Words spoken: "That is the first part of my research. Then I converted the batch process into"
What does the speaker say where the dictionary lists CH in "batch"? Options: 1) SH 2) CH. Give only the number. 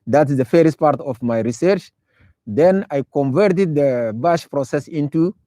1